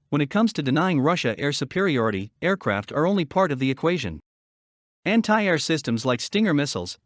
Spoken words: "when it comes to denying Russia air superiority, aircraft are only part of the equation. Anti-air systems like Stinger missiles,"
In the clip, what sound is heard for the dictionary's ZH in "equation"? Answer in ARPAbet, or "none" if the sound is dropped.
ZH